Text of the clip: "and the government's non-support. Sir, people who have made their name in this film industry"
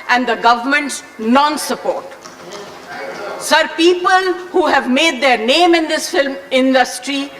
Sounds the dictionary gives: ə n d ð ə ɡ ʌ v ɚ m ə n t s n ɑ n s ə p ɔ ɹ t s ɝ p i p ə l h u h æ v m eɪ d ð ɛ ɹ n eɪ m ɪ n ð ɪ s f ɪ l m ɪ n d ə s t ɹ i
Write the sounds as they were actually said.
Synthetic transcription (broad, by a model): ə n d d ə ɡ ʌ v ɚ m ə n t s n ɑ n s ə p ɔ ɹ t s ɝ p i p ə l h u h æ v m eɪ d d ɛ ɹ n eɪ m ɪ n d ɪ s f ɪ l m ɪ n d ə s t ɹ i